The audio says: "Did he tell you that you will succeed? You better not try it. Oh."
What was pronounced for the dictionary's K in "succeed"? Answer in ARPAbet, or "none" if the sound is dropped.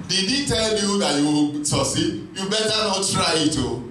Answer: none